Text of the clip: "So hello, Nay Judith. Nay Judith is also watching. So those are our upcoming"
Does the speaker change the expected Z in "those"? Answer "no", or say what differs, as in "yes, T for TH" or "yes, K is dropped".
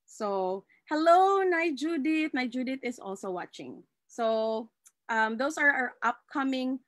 yes, S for Z